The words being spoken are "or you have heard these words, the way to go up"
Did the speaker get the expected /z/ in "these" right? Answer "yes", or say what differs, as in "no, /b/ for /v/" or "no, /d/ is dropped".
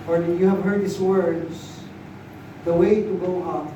no, /s/ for /z/